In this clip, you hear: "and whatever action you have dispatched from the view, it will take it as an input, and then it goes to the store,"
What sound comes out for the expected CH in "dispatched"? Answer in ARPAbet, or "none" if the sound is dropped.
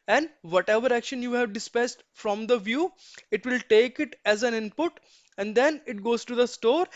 S